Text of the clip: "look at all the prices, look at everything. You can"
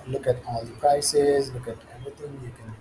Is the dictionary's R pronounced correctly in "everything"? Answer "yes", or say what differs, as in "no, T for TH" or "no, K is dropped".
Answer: no, R is dropped